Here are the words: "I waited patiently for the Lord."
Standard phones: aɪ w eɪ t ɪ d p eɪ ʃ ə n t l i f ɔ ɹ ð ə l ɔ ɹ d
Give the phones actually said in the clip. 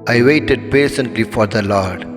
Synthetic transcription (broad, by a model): aɪ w eɪ t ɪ d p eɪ s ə n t l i f ɔ ɹ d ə l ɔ ɹ d